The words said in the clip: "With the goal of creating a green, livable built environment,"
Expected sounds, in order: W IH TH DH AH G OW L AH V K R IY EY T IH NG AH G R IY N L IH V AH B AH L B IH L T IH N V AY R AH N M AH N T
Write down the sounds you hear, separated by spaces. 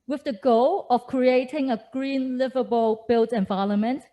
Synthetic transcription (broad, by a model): W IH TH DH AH G OW L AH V K R IY EY T IH NG AH G R IY N L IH V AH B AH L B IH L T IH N V AY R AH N M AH N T